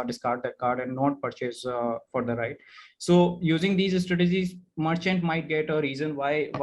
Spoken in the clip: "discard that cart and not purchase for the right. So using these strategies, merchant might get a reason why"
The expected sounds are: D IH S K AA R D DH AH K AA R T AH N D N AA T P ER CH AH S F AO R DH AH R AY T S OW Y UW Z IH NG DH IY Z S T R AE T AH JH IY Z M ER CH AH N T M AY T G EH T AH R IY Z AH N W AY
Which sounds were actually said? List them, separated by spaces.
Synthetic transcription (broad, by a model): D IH S K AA R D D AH K AA R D AH N D N AA T P ER CH AH S F AO R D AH R AY T S OW Y UW Z IH NG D IY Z S T R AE T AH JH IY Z M ER CH AH N T M AY T G EH T AH R IY Z AH N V AY